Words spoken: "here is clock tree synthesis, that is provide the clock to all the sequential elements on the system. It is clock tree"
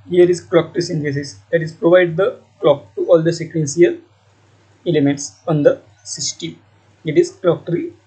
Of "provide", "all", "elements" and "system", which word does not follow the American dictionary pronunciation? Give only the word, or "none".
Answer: system